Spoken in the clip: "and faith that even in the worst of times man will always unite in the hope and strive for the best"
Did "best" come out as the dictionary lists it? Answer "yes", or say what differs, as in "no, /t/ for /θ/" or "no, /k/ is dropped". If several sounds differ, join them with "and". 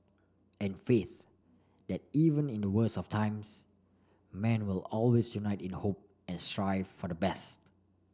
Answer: yes